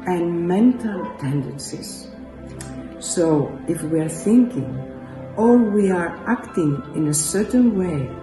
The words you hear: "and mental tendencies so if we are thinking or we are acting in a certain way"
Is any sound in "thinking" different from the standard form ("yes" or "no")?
no